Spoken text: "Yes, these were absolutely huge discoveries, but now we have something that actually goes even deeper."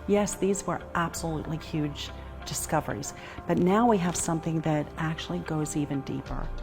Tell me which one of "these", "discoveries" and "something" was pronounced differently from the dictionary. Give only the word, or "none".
none